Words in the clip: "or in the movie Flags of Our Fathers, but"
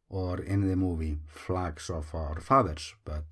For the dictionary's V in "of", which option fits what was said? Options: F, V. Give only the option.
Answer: F